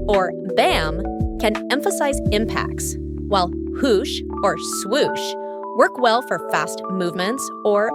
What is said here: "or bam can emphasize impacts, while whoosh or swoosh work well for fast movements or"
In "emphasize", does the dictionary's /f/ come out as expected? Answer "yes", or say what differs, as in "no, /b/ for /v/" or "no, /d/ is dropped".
yes